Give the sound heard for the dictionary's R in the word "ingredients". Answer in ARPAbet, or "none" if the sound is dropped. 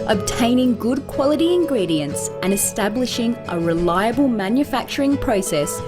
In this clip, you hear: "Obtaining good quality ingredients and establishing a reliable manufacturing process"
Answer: R